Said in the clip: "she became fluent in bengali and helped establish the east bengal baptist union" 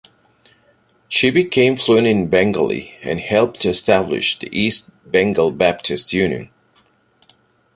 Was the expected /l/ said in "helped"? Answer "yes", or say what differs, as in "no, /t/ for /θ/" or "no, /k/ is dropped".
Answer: yes